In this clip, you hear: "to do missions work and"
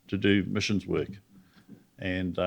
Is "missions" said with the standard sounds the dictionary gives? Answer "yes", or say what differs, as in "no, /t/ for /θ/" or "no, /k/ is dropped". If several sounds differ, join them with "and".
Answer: yes